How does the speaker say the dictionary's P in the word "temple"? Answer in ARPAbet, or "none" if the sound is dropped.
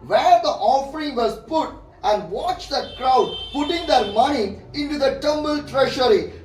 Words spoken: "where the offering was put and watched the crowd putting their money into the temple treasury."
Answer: B